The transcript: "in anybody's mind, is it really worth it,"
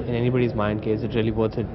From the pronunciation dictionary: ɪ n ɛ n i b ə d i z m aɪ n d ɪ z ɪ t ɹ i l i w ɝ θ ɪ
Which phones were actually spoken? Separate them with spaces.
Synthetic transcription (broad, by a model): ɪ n ɛ n i b ə d i z m aɪ n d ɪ s ɪ t ɹ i l i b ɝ s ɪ